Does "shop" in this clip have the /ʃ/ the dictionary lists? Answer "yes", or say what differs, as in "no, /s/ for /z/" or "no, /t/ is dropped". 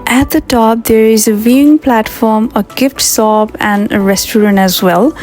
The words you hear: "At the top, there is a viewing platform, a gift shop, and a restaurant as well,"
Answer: no, /s/ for /ʃ/